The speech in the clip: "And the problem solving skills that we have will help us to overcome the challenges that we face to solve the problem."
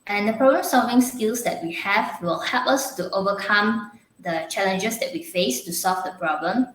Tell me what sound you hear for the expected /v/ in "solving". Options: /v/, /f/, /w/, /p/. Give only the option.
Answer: /v/